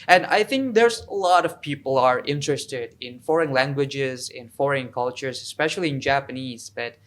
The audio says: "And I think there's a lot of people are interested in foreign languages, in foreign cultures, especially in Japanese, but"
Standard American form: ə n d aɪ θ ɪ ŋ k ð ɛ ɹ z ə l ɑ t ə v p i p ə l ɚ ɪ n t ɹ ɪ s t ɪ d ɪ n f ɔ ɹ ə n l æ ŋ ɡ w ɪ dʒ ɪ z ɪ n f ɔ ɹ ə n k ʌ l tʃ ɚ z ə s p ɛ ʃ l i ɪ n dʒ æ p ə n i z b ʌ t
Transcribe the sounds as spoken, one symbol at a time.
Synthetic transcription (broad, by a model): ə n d aɪ θ ɪ ŋ k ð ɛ ɹ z ə l ɑ t ə v p i p ə l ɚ ɪ n t ɹ ɪ s t ɪ d ɪ n f ɔ ɹ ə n l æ ŋ ɡ w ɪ dʒ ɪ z ɪ n f ɔ ɹ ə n k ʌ l tʃ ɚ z ə s p ɛ ʃ l i ɪ n dʒ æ p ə n i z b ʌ t